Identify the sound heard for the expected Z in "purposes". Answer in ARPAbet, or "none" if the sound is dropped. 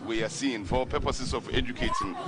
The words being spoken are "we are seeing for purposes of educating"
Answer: S